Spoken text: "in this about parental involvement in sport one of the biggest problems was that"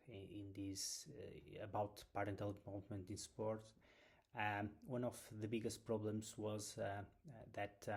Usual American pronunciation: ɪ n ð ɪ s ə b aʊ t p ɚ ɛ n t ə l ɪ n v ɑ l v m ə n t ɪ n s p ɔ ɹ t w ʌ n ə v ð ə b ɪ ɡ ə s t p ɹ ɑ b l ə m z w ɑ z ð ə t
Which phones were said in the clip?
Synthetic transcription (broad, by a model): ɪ n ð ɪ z ə b aʊ t p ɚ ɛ n t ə l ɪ v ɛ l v m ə n t ɪ n s p ɔ ɹ t w ʌ n ə v ð ə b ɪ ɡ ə s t p ɹ ɑ b l ə m z w ɑ z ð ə t